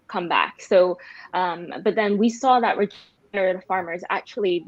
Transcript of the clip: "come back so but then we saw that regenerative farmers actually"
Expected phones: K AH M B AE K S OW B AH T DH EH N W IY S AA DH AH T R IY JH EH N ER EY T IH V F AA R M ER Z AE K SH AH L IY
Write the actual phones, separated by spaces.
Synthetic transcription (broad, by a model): K AH M B AE K S OW B AH T DH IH N W IY S AA DH AH T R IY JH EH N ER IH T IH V F AA R M ER Z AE K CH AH L IY